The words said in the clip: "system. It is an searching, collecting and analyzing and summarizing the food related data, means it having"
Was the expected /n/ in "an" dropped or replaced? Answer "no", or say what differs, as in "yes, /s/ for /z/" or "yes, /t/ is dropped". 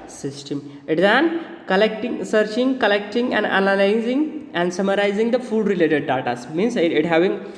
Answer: yes, /l/ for /n/